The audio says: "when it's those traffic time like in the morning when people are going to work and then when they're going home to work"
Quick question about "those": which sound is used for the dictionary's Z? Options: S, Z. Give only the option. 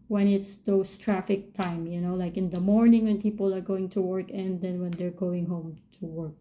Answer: S